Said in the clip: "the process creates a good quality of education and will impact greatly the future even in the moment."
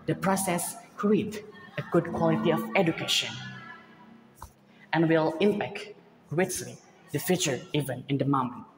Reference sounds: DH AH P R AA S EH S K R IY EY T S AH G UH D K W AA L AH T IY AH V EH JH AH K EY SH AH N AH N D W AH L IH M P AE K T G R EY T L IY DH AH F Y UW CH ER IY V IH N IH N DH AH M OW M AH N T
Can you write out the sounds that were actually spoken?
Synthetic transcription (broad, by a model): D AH P R AA S EH S K R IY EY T AH G UH D K W AA L AH T IY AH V EH JH AH K EY SH AH N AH N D W AH L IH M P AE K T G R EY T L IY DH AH F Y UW CH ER IY V IH N IH N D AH M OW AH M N